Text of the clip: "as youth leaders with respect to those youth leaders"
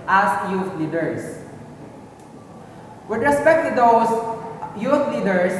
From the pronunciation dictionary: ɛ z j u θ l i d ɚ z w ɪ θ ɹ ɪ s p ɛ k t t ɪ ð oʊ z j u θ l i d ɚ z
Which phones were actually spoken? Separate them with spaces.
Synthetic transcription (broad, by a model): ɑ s j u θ l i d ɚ s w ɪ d ɹ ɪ s p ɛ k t t ɪ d oʊ s j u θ l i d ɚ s